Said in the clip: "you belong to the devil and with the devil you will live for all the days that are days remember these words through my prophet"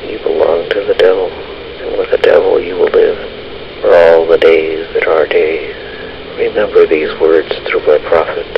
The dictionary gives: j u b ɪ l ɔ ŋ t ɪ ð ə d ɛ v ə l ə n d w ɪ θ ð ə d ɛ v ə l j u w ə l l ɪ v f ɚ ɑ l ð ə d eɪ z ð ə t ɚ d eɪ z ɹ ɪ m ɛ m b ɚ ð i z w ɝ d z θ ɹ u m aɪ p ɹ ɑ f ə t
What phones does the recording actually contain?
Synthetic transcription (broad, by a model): j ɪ b ɪ l ɔ ŋ t ɪ ð ə d ɛ v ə l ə n w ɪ ð ə d ɛ v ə l j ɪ w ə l l ɪ v f ɚ ɑ l ð ə d eɪ z ð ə t ɚ d eɪ z ɹ ɪ m ɛ m b ɚ ð i z w ɝ d z θ ɹ u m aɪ p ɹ ɑ f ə t